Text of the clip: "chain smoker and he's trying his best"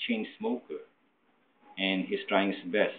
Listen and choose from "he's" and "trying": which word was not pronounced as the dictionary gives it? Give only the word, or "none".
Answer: he's